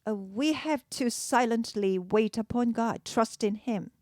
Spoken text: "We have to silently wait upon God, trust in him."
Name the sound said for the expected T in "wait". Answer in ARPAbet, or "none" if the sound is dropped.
T